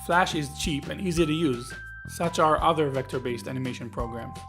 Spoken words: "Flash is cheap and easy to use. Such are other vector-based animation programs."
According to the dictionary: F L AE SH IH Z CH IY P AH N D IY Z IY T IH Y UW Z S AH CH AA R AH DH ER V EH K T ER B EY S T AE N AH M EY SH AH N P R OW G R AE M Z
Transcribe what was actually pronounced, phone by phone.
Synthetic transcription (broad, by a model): F L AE SH IH Z CH IY P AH N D IY Z IY T IH Y UW Z S AH CH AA R AH DH ER V EH K T ER B EY S T AE N AH M EY SH AH N P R OW G R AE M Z